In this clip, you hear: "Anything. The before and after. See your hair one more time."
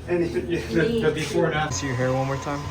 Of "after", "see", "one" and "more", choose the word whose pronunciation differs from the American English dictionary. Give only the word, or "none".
after